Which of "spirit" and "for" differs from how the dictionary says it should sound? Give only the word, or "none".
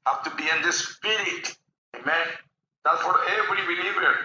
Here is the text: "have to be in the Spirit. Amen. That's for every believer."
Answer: none